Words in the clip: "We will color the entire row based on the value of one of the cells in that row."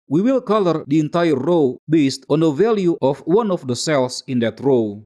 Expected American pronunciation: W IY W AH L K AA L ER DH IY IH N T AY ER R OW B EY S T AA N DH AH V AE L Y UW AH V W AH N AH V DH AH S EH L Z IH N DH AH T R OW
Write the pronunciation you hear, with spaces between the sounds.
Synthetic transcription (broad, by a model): W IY W AH L K AA L ER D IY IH N T AY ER R OW B EY S T AA N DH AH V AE L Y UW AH F W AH N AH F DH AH S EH L S IH N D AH T R OW